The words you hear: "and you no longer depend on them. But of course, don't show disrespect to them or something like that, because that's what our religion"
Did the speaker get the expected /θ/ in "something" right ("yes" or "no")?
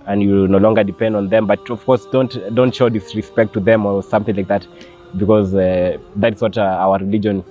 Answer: yes